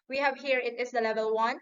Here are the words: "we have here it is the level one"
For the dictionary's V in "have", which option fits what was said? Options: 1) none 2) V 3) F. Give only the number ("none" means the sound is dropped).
2